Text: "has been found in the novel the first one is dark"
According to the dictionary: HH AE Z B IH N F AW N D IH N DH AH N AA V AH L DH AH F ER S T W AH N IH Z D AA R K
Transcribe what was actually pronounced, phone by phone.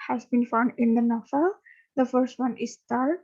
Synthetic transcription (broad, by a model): HH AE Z B IH N F AW N D IH N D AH N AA F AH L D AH F ER S T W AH N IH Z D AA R